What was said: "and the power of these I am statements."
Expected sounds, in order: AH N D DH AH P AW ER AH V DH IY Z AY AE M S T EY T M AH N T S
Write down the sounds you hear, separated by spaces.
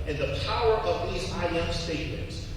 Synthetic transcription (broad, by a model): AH N DH AH P AW ER AH V DH IY Z AY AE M S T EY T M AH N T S